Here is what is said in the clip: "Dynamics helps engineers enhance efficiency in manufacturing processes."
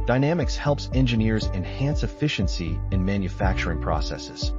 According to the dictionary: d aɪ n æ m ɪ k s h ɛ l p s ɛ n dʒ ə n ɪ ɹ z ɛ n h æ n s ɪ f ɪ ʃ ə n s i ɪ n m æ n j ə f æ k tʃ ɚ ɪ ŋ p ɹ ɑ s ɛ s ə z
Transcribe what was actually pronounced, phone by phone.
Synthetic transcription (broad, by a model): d aɪ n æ m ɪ k s h ɛ l p s ɛ n dʒ ə n ɪ ɹ z ɛ n h æ n s ɪ f ɪ ʃ ə n s i ɪ n m æ n j ə f æ k tʃ ɚ ɪ ŋ p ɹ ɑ s ɛ s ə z